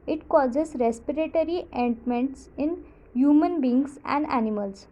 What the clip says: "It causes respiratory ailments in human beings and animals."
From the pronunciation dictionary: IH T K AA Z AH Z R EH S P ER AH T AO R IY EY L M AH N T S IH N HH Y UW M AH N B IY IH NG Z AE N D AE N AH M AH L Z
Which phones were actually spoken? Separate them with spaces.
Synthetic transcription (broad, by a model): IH T K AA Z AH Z R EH S P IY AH T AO R IY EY N M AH N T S IH N HH Y UW M AH N B IY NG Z AE N D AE N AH M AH L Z